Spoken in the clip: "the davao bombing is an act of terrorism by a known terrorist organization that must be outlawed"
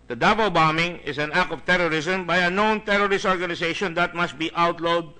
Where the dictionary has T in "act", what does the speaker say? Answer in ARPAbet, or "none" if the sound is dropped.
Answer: none